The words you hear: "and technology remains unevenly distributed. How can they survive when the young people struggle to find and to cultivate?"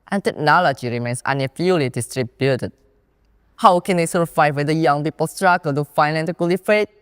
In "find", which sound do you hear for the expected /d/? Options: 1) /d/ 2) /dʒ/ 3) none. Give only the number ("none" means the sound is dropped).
3